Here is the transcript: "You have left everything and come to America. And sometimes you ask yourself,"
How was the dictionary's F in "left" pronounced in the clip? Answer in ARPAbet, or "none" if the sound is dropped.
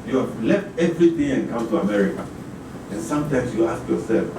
F